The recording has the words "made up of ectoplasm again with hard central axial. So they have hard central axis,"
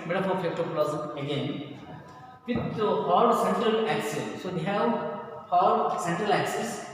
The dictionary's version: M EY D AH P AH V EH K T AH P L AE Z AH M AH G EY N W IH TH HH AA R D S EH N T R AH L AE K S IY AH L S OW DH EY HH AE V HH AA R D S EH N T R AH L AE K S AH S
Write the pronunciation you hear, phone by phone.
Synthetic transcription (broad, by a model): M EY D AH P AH P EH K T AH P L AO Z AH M AH G EY N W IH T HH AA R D S EH N T R AH L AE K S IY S S OW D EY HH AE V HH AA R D S EH N T R AH L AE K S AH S